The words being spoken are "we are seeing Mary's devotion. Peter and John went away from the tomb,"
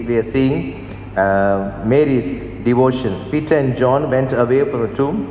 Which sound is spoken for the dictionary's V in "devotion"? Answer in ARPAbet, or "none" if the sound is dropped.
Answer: V